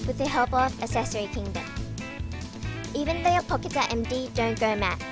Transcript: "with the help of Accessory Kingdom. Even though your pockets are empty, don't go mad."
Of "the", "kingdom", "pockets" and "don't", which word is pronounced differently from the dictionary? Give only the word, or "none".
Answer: pockets